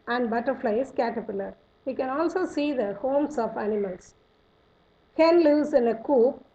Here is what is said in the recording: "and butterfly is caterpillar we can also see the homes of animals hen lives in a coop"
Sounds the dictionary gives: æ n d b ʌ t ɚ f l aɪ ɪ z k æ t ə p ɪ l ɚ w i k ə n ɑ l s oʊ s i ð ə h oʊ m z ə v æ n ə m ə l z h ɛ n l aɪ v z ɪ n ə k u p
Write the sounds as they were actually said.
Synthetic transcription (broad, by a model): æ n d b ʌ t ɚ f l aɪ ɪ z k æ t ə p ɪ l ɚ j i k ə n ɑ l s oʊ s i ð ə h oʊ m s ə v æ n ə m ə l s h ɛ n l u z ɪ n ə k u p